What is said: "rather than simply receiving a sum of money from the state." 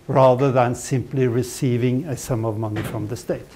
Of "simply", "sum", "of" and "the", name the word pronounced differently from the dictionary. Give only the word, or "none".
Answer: none